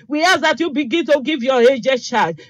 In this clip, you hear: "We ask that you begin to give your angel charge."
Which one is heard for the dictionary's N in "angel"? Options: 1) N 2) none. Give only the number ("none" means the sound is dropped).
2